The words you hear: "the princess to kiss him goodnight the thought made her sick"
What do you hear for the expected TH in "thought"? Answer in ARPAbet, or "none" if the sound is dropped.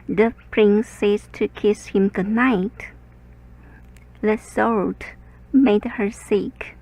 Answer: S